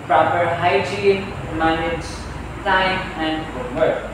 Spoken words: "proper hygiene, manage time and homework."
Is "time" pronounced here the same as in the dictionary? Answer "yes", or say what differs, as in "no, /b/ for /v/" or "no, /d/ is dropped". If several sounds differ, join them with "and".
no, /s/ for /t/